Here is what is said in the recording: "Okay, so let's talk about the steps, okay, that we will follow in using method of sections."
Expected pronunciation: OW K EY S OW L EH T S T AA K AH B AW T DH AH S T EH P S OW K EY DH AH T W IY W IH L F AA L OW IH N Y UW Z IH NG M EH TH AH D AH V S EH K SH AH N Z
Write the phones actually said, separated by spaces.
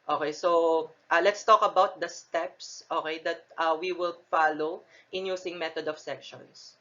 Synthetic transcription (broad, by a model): OW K EY S OW L EH T S T AA K AH B AW T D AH S T EH P S OW K EY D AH T W IY W IH L F AA L OW IH N Y UW S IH NG M EH T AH D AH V S EH K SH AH N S